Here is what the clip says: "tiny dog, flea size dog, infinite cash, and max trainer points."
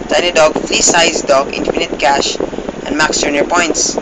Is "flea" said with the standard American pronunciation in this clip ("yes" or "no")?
yes